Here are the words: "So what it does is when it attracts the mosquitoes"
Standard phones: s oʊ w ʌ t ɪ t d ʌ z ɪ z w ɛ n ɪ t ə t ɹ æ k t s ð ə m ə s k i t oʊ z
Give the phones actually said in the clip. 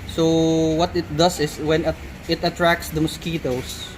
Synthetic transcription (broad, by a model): s oʊ w ʌ t ɪ t d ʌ s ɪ s w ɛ n ɪ t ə t ɹ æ k s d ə m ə s k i t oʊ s